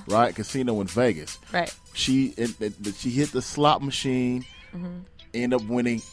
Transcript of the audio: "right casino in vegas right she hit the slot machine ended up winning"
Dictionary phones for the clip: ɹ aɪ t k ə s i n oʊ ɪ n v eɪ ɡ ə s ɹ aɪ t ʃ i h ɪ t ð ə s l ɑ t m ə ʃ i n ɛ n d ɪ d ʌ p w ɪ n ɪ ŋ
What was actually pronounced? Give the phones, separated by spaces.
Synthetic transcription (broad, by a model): ɹ aɪ t k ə s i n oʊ ɪ n v eɪ ɡ ə s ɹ aɪ t ʃ i h ɪ t ð ə s l ɑ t m ə ʃ i n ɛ n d d ʌ p w ɪ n ɪ ŋ